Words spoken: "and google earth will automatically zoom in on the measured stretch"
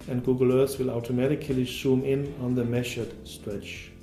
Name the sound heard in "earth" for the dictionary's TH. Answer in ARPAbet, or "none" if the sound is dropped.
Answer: S